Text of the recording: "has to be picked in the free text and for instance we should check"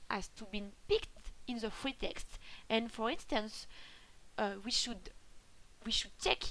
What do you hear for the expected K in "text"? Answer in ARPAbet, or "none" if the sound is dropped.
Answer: K